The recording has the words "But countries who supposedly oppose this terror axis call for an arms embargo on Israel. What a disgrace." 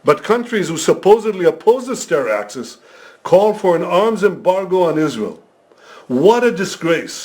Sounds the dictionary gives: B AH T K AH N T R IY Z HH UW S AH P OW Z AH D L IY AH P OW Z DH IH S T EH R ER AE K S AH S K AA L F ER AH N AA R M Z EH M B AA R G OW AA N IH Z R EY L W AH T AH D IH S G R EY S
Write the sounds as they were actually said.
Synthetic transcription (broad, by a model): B AH T K AH N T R IY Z HH UW S AH P OW Z AH D L IY AH P OW Z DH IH S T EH R AE K S AH S K AA L F ER AH N AA R M Z EH M B AA R G OW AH N IH Z R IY L W AH T AH D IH S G R EY S